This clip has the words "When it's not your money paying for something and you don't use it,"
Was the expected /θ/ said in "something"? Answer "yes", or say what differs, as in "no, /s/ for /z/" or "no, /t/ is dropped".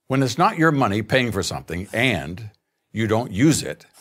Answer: yes